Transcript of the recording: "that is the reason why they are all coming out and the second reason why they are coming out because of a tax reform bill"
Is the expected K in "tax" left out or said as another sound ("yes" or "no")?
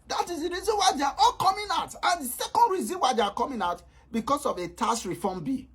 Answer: yes